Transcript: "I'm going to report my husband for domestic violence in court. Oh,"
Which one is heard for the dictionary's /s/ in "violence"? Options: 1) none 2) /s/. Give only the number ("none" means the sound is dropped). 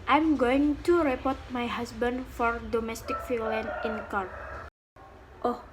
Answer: 1